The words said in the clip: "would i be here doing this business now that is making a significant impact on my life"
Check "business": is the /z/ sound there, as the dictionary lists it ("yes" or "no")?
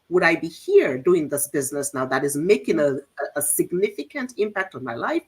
yes